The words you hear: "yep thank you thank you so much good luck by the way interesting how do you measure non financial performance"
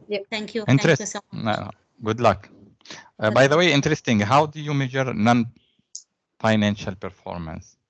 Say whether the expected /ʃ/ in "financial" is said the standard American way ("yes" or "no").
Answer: yes